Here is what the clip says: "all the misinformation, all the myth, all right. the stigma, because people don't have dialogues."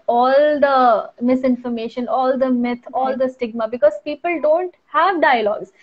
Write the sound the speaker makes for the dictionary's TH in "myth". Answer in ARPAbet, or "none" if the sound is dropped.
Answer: T